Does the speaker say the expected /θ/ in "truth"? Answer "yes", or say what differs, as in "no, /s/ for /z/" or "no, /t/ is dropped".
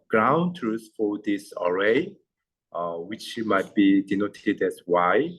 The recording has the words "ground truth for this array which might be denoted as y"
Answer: no, /s/ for /θ/